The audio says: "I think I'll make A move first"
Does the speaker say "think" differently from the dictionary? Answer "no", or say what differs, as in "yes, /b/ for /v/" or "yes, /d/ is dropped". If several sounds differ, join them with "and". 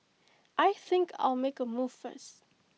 no